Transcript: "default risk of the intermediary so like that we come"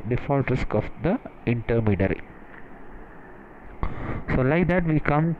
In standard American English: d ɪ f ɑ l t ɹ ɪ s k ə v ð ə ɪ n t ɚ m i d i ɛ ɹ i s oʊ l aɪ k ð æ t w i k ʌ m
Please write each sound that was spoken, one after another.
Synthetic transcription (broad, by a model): d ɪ f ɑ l t ɹ ɪ s k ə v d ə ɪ n t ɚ m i d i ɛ ɹ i s oʊ l aɪ k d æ t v i k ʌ m